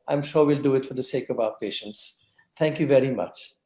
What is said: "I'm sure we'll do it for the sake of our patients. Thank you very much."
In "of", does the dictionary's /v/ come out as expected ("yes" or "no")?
yes